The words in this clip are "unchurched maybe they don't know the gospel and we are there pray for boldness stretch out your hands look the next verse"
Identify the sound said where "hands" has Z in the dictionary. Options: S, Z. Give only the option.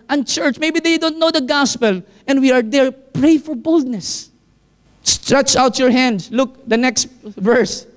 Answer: S